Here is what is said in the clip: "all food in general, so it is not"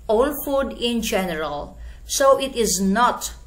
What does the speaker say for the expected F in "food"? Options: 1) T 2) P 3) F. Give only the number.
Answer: 3